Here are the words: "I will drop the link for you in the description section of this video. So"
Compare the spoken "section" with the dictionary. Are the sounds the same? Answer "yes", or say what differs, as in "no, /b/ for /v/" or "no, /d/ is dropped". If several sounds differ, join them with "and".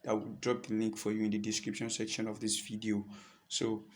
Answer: yes